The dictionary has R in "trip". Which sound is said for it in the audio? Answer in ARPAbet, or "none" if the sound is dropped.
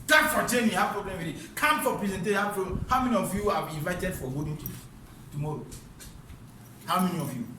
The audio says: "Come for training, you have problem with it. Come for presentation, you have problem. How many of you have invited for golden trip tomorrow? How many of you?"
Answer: none